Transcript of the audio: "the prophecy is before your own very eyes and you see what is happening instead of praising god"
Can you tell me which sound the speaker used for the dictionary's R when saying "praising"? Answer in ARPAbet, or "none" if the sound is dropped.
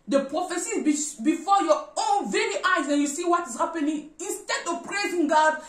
R